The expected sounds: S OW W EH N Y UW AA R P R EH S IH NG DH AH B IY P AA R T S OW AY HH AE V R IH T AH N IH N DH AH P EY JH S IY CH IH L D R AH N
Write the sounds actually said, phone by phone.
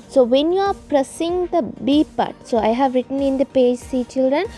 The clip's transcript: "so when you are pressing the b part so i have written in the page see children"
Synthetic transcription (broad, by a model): S OW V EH N Y UW AA R P R EH S IH NG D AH B IY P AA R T S OW AY HH AE V R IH T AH N IH N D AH P EY JH S IY CH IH L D R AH N